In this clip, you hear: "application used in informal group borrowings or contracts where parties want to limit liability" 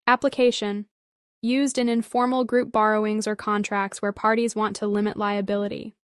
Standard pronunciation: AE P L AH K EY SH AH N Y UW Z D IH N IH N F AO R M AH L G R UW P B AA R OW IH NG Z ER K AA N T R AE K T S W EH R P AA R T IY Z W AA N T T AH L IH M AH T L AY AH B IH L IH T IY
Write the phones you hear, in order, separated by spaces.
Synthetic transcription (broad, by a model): AE P L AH K EY SH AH N Y UW Z D IH N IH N F AO R M L G R UW P B AA R OW IH NG Z ER K AA N T R AE K T S W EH R P AA R T IY Z W AA N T T AH L IH M AH T L AY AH B IH L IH T IY